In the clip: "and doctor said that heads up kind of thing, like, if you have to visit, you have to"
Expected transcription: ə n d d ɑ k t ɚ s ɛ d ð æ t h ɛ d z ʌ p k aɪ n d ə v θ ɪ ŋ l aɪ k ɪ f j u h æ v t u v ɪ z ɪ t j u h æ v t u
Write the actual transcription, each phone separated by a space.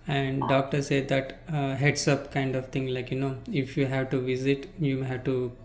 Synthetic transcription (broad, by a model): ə n d d ɑ k t ɚ s ɛ d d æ t h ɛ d s ʌ p k aɪ n d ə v t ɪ ŋ l aɪ k ɪ f j u h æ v t u v ɪ z ɪ t j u h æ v t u